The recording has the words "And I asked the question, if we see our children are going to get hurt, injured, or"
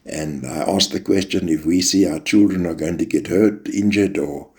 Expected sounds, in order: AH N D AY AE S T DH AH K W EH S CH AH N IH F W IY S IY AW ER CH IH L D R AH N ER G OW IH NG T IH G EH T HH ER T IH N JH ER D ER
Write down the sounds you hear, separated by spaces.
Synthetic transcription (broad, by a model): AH N AY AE S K DH AH K W EH S CH AH N IH F W IY S IY AW ER CH IH L D R AH N ER G OW IH NG T IH G EH T HH ER T IH N JH ER D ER